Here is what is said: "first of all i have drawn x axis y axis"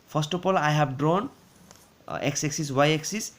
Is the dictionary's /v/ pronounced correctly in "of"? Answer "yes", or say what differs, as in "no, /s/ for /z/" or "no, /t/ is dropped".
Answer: no, /p/ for /v/